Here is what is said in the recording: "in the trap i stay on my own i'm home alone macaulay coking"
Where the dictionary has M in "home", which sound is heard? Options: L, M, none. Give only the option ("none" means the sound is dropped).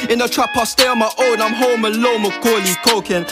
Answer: M